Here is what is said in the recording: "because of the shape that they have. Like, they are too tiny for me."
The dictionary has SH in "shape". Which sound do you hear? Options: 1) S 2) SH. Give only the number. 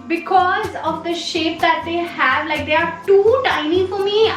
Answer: 2